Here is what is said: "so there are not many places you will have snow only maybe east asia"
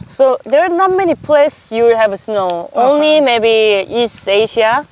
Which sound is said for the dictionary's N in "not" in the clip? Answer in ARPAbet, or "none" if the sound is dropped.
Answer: N